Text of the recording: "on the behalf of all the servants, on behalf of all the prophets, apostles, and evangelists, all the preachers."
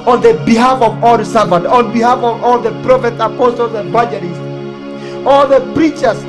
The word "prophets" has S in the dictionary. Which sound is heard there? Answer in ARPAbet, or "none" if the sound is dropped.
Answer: none